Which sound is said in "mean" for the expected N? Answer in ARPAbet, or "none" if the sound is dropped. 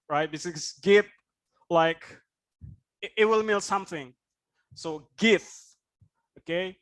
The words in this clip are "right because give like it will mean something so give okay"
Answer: L